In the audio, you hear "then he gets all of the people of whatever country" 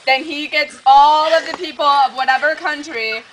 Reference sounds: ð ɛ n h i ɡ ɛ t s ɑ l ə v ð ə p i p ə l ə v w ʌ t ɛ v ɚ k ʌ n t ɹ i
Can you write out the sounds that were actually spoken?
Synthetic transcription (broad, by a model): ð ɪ n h i ɡ ɛ t s ɑ l ə v ð ə p i p l ə v w ʌ t ɛ v ɚ k ʌ n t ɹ i